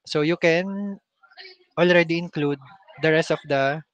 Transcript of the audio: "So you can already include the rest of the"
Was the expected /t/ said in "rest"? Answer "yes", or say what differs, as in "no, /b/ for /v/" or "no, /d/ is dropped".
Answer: yes